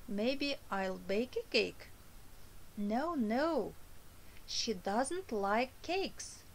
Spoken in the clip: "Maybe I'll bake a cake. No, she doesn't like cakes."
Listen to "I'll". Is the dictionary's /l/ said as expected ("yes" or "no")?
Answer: yes